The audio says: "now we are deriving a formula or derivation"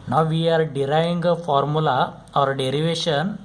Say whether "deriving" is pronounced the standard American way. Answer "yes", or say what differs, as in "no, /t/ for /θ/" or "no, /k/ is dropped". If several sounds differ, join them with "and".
no, /v/ is dropped